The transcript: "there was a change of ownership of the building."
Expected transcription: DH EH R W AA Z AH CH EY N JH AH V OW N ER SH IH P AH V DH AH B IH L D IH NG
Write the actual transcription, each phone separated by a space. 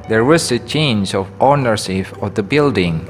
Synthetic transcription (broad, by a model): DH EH R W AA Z AH CH EY N JH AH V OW N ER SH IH F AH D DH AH B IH L D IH NG